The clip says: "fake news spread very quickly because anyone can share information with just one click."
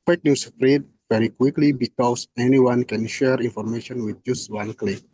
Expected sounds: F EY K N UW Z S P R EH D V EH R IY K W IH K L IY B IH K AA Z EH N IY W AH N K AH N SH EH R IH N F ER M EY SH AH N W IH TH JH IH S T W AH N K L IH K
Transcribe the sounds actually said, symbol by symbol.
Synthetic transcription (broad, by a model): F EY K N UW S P R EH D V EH R IY K W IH K L IY B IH K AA S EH N IY W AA N K AH N SH EH R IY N F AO M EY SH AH N W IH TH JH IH S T W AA N K L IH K